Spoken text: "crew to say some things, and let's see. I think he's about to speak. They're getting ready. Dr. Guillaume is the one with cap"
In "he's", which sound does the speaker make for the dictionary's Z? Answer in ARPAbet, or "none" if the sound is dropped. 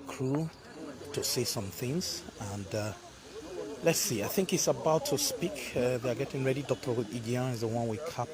S